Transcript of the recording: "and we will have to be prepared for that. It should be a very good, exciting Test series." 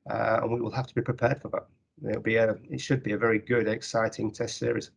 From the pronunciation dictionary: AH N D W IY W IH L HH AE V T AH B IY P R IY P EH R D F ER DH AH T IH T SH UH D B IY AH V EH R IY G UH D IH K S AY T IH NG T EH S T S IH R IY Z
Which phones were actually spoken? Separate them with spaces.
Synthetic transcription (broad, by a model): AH N W IY W IH L HH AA F T AH B IY P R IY P EH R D F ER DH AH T IH T SH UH D B IY AH V EH R IY G UH D IH K S AY T IH NG T EH S T S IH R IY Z